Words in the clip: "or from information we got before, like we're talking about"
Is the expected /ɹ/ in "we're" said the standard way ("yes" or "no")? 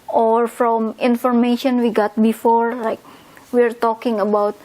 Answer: yes